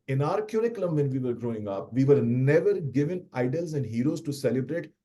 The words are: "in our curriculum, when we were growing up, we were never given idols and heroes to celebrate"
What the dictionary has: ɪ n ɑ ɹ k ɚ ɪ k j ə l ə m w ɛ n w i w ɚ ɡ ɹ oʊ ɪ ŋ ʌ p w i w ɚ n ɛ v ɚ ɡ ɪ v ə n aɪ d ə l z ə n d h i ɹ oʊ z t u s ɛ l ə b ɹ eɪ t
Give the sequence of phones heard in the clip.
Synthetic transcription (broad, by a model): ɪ n ɑ ɹ k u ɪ k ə l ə m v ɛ n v i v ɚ ɡ ɹ oʊ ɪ ŋ ʌ p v i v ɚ n ɛ v ɚ ɡ ɪ v ə n aɪ d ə l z ə n d h i ɹ oʊ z t u s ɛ l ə b ɹ eɪ t